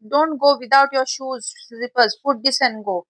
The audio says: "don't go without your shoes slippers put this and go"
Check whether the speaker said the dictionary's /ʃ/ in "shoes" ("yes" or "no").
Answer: yes